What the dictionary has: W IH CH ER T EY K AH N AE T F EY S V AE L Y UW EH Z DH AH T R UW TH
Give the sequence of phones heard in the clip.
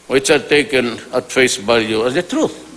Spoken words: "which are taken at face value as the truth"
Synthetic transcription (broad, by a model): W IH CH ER T EY K AH N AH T F EY S B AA Y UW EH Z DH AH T R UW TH